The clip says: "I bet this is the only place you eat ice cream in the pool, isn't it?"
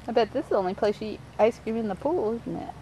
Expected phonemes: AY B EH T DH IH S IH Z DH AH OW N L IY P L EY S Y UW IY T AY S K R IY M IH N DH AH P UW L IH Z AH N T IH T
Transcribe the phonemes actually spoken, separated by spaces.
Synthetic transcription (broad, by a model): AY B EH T DH IH S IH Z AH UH N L IY P L EY S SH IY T AY S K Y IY IH N DH AH P UW L IH Z N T IH T